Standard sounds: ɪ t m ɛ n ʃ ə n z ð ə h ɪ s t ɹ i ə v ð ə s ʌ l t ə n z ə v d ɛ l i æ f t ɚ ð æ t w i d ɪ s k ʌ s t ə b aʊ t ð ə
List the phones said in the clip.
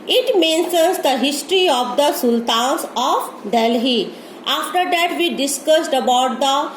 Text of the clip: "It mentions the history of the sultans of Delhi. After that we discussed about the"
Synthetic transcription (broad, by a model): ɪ t m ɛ n s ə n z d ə h ɪ s t ɹ i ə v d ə s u l t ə n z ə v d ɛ l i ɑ f t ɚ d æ t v i d ɪ s k ʌ s t ə b aʊ t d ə